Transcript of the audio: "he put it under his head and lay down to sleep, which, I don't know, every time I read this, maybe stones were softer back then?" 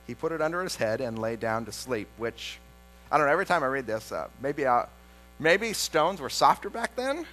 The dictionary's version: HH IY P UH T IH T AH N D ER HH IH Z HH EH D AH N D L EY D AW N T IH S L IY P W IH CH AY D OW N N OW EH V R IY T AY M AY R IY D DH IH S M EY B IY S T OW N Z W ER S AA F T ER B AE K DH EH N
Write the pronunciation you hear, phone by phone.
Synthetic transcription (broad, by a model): HH IY P UH T IH T AH N D ER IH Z HH EH D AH N L EY D AW N T IH S L IY P W IH CH AY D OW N N OW EH V R IY T AY M AY R IY D DH IH S M EY B IY S T OW N Z W ER S AA F T ER B AE K DH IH N